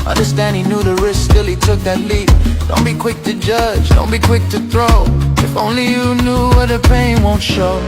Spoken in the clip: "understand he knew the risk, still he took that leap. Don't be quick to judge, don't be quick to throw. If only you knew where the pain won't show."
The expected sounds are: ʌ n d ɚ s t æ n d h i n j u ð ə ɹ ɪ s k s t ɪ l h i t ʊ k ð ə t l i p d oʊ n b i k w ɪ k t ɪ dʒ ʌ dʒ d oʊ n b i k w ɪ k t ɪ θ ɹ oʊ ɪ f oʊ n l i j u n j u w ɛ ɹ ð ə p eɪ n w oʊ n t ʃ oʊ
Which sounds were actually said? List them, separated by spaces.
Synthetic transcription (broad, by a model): ʌ n d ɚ s t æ n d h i n j u ð ə ɹ ɪ s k s t ɪ l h i t ʊ k ð ə t l i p d oʊ n b i k w ɪ k t ɪ dʒ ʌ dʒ d oʊ n b i k w ɪ k t ɪ θ ɹ oʊ ɪ f oʊ n l i j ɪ n j u w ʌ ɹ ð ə p eɪ n w oʊ n t ʃ oʊ